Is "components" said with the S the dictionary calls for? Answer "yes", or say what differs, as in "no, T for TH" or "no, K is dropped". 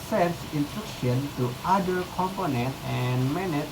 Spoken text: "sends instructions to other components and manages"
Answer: no, S is dropped